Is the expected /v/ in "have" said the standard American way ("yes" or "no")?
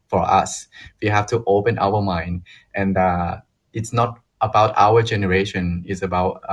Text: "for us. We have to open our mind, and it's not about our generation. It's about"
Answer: no